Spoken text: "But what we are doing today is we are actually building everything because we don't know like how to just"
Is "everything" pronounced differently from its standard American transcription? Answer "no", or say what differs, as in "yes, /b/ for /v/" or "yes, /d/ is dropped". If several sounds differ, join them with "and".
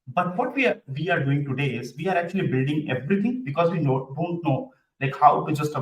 yes, /t/ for /θ/